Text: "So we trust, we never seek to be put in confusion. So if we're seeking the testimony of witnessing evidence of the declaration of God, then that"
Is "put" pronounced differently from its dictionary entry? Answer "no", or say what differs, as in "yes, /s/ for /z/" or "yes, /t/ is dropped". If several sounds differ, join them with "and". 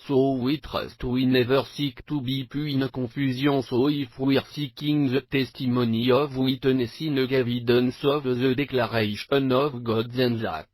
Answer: yes, /t/ is dropped